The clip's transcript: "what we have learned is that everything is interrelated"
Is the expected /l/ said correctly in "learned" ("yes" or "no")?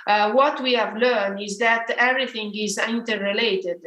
yes